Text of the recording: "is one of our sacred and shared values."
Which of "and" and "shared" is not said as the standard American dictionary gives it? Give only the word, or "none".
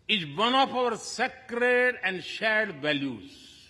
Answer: none